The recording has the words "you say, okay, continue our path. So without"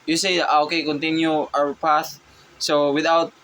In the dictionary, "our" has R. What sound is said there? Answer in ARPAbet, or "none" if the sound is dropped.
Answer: W